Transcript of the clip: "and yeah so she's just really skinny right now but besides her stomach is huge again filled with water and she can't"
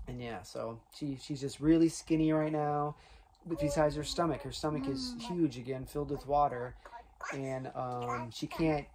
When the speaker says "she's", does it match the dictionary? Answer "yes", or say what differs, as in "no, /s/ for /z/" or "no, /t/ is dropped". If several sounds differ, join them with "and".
yes